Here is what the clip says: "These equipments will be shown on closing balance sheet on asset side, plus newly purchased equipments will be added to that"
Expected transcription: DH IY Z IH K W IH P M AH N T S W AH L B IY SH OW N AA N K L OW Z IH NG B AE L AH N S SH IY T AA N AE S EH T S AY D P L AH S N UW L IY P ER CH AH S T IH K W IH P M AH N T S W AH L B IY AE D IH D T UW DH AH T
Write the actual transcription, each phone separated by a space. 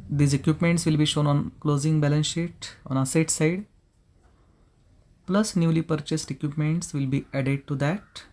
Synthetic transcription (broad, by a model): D IY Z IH K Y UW P M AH N T S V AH L B IY SH OW N AA N K L OW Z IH NG B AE L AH N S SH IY T AA N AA S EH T S AY D P L AH S N UW L IY P ER CH AH S T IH K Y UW P M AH N T S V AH L B IY AE D IH D T UW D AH T